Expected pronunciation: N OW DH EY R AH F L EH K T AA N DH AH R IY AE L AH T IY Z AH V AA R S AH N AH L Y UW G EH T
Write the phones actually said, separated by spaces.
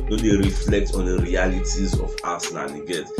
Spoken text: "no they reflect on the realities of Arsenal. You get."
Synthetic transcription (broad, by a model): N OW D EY R AH F L EH K T AA N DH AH R IY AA L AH T IY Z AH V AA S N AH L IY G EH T